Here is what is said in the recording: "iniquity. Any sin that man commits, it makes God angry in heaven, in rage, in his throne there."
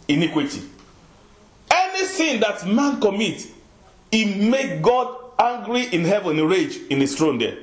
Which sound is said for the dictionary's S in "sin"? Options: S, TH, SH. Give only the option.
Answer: TH